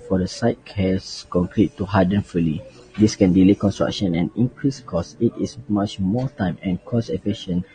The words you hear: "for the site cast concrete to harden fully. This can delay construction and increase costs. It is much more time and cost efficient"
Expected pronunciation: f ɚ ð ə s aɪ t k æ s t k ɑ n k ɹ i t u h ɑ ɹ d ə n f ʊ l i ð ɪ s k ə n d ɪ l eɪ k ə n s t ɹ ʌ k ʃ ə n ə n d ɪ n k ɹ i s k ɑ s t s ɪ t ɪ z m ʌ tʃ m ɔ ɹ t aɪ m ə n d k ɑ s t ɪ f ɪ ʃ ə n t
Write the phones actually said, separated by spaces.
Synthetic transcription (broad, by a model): f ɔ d ə s aɪ t k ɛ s k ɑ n k ɹ i t u h ɑ d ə n f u l i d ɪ s k ə n d ɪ l eɪ k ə n s t ɹ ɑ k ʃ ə n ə n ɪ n k ɹ i s k ɑ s s ɪ t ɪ s m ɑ tʃ m ɔ t aɪ m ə n k ɑ s ɪ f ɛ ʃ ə n